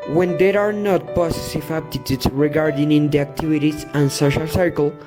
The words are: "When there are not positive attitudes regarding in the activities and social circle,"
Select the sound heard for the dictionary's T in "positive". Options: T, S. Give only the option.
S